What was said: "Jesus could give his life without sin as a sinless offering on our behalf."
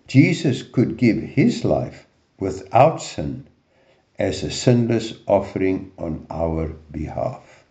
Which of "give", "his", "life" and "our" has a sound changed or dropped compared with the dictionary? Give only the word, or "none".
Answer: none